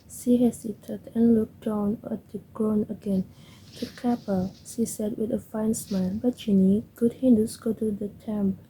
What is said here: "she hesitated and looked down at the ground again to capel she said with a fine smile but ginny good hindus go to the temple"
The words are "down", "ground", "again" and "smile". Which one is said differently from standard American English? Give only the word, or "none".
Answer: ground